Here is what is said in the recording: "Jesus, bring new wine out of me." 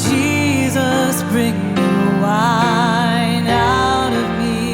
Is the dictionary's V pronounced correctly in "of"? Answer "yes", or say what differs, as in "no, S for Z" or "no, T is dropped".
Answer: yes